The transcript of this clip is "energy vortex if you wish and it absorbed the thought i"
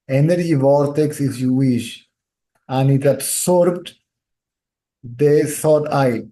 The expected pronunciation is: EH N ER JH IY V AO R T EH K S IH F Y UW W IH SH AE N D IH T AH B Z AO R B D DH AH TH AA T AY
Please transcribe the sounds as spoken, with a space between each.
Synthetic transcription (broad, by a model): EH N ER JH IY V AO R T EH K S IH F Y UW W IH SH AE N D IH T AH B S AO R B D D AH S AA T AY